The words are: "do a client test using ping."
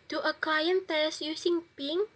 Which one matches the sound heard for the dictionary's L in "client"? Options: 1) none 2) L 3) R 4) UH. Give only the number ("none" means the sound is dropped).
1